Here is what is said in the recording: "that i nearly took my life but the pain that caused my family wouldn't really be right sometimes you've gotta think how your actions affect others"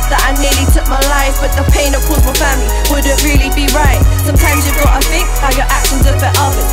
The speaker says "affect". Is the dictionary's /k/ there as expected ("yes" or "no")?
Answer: no